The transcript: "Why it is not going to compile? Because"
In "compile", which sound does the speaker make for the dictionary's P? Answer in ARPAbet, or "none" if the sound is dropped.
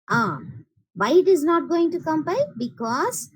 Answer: B